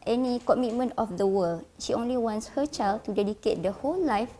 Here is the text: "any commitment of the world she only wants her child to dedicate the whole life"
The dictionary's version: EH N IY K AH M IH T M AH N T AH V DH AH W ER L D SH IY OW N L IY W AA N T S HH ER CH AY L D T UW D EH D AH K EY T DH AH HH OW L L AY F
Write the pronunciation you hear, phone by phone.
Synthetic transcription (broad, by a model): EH N IY K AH M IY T M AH N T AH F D AH W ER L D SH IY OW N L IY W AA N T S HH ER CH AY L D T UW D EH D AH K EY T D AH HH OW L L AY F